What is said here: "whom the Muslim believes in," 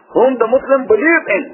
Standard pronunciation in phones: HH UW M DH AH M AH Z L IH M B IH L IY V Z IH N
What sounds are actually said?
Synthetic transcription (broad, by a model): HH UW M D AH M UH S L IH M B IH L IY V IH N